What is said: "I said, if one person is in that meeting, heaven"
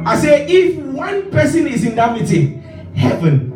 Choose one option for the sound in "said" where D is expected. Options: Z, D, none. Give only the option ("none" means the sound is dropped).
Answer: none